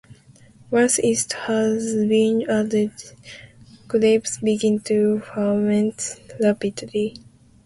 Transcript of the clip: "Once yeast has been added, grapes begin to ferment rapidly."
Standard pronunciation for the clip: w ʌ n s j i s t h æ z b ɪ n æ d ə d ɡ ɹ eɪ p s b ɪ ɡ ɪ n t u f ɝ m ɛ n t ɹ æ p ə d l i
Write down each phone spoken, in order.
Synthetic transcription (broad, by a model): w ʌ s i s t h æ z b ɪ n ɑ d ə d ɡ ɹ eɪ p s b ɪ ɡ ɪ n t u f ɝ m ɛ n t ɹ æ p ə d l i